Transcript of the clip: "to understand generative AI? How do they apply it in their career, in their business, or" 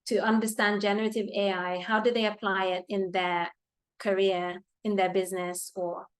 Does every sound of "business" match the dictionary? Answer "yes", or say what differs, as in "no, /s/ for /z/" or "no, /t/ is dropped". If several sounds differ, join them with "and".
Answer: yes